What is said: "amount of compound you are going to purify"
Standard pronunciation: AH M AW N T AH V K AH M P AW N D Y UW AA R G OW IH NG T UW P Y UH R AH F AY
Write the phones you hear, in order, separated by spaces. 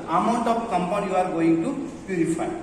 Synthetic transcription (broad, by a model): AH M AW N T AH P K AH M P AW D Y UW AA R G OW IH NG T UW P Y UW R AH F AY